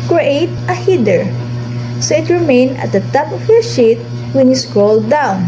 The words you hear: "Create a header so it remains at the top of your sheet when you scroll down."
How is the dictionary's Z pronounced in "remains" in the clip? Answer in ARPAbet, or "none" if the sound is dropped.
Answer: none